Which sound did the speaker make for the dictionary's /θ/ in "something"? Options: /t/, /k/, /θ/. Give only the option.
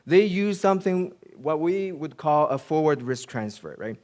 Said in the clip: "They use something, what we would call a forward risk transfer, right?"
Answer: /θ/